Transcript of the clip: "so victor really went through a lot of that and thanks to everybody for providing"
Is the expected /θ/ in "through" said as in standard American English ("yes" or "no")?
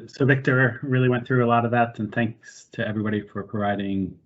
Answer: yes